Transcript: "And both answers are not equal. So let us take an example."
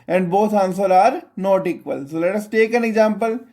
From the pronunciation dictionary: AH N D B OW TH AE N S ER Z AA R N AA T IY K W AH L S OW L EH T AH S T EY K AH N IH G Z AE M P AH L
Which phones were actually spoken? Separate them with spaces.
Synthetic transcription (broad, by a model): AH N D B OW T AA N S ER AA R N AA T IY K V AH L S OW L EH T AH S T EY K AH N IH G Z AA M P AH L